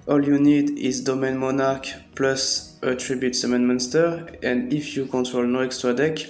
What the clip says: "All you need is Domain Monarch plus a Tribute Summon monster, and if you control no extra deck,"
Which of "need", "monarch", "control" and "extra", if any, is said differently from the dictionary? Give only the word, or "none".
none